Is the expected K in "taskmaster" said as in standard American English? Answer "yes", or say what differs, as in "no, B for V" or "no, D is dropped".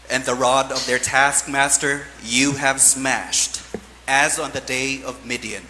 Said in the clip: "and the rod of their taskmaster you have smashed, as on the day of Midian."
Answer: yes